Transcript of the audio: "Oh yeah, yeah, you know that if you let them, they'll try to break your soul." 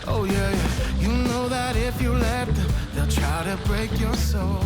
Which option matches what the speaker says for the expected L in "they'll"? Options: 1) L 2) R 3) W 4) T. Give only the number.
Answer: 1